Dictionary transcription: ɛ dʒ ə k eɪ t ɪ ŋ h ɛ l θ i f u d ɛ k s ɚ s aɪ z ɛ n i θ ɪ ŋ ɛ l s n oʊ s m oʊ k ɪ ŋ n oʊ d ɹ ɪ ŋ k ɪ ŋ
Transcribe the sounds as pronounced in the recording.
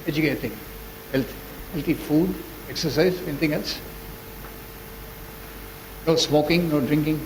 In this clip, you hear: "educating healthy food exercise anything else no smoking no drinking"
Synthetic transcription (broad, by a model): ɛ dʒ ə k eɪ t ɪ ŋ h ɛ l t i f u d ɛ k s ɚ s aɪ z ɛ n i t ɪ ŋ ɛ l s n oʊ s m oʊ k ɪ ŋ n oʊ d ɹ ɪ ŋ k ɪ ŋ